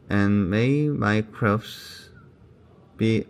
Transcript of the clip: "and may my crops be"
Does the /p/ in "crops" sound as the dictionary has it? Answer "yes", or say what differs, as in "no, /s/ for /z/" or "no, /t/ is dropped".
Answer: no, /f/ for /p/